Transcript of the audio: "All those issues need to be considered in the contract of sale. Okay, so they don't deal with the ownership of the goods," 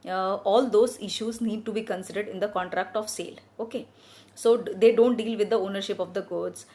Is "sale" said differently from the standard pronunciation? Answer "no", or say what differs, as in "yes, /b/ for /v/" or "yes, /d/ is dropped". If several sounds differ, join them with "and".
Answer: no